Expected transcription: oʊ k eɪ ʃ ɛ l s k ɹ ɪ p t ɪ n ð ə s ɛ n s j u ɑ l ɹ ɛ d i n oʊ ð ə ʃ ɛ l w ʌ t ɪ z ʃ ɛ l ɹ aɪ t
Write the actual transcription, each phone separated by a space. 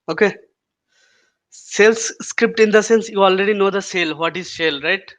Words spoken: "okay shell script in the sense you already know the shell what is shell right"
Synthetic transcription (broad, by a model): oʊ k eɪ s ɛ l s k ɹ ɪ p t ɪ n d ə s ɛ n s j u ɑ l ɹ ɛ d i n oʊ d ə s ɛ l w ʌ t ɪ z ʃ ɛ l ɹ aɪ t